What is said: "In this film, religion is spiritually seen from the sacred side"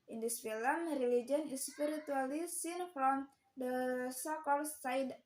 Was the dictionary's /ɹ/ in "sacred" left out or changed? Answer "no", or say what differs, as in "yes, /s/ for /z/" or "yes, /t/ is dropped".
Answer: yes, /ɹ/ is dropped